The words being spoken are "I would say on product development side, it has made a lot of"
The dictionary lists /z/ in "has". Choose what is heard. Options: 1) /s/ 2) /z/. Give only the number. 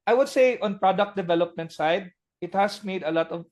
1